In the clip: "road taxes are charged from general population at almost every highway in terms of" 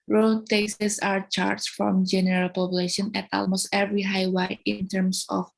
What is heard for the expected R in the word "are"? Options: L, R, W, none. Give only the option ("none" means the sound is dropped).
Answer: R